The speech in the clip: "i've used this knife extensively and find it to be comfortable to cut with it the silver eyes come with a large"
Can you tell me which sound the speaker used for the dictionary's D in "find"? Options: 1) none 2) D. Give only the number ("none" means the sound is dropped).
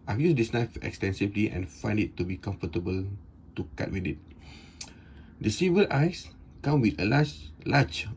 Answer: 2